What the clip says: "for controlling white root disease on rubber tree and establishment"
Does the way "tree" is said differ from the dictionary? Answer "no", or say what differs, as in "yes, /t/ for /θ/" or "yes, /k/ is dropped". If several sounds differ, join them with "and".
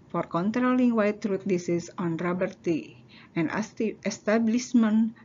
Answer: yes, /ɹ/ is dropped